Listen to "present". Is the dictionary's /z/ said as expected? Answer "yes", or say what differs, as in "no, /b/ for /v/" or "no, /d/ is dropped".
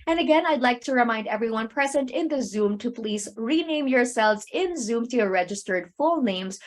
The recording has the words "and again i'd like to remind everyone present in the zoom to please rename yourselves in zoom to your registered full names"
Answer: yes